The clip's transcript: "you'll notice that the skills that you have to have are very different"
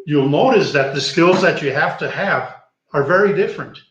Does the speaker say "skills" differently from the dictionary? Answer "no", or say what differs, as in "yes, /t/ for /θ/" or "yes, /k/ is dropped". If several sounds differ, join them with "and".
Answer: no